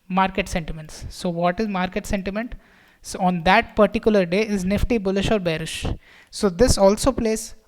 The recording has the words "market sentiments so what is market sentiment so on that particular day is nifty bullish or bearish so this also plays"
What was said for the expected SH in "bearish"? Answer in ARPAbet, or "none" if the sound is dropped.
SH